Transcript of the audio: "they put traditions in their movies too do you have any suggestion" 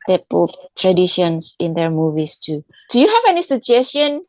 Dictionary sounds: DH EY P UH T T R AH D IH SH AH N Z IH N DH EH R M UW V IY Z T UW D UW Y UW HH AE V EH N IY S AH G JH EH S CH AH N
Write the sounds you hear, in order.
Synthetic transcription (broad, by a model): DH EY B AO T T R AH D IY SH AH N S IH N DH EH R M UW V IY S T UW D UW Y UW HH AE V EH N IY S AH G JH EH S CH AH N